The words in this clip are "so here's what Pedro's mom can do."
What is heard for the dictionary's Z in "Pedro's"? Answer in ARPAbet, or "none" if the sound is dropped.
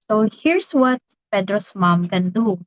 S